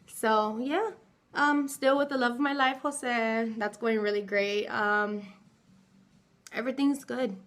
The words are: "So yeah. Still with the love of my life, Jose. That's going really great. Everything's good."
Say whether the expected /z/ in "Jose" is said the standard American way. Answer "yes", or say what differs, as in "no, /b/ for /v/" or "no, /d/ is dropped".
no, /s/ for /z/